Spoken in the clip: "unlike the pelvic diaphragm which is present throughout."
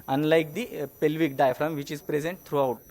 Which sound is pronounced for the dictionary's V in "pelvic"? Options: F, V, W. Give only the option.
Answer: V